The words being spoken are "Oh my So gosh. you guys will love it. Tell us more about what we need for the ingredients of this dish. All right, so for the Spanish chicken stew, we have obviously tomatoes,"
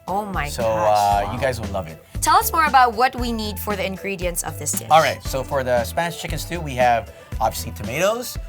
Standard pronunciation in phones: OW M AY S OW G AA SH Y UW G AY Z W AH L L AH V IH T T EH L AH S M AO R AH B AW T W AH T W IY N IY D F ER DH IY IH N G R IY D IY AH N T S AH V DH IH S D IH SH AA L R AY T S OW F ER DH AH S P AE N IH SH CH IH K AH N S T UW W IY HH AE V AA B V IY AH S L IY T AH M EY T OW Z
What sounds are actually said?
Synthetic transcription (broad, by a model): OW M AY S OW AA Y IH G AY Z W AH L L AH V IH T T EH L AH S M AO R AH B AW T W AH T W IY N IY D F ER DH IY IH N G R IY D IY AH N S AH V DH IH S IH AA L R AY T S OW F ER DH AH S P AE N IH SH CH IH K AH N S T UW W IY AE V AA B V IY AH S L IY T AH M EY T OW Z